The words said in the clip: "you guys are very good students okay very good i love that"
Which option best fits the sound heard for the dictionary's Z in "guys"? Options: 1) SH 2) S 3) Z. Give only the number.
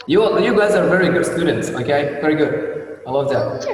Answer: 3